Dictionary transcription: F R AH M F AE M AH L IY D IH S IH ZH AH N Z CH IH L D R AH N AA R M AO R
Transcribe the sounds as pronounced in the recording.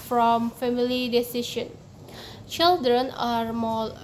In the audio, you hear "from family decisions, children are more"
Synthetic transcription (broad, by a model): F R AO M F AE M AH L IY D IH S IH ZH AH N CH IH L D R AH N AA R M AO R